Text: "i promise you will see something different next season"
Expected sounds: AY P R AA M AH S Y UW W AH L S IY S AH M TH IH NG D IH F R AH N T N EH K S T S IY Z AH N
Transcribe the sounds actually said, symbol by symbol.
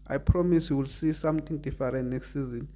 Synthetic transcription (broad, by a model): AY P R AA M AH S Y UW W AH L S IY S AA M T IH NG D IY F R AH N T N EH K S T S IY Z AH N